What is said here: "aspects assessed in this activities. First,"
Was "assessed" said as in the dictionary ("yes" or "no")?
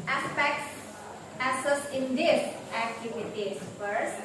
no